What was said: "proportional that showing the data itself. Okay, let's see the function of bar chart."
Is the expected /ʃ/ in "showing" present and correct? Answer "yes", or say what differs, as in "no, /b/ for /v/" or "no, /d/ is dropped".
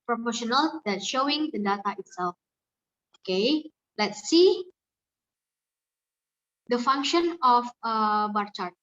yes